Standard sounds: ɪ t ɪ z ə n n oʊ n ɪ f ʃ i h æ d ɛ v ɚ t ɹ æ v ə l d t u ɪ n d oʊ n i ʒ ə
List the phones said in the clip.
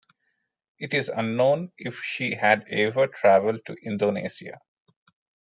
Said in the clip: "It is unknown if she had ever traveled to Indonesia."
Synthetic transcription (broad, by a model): ɪ t ɪ z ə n n oʊ n ɪ f ʃ i h æ d ɛ v ɚ t ɹ æ v ə l d t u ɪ n d oʊ n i s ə